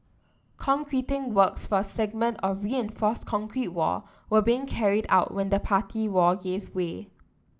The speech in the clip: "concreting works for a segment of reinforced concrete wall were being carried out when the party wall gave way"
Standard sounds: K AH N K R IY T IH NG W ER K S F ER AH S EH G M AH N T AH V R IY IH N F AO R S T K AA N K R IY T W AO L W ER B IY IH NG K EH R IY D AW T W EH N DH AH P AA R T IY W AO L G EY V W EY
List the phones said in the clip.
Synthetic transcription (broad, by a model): K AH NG K R IY T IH NG W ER K S F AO AH S EH G M AH N T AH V R IY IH N F AO S K AA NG K R IY T W AO W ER B IY IH NG K EH R IY D AW T W EH N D AH P AA T IY W AO G EY V W EY